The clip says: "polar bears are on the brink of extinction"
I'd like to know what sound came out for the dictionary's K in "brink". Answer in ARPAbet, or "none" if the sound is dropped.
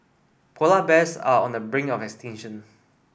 none